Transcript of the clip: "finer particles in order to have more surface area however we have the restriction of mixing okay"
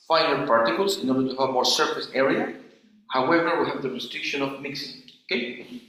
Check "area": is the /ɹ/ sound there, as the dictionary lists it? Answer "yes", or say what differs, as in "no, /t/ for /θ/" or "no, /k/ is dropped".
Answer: yes